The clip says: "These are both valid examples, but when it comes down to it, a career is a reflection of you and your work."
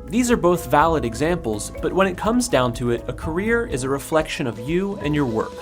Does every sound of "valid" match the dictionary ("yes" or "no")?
yes